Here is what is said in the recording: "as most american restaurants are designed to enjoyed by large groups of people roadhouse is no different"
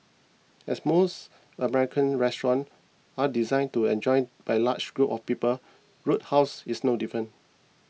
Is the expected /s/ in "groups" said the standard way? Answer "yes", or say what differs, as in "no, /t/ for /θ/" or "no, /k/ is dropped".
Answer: no, /s/ is dropped